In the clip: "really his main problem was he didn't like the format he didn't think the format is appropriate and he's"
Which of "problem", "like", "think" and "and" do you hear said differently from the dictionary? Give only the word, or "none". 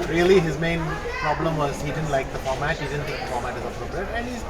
think